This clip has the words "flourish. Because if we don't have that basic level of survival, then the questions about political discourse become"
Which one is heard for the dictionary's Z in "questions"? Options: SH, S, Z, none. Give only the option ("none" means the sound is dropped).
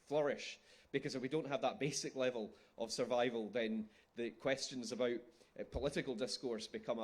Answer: Z